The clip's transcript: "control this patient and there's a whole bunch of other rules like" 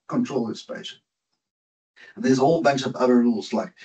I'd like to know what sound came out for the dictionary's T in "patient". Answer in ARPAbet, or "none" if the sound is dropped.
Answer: none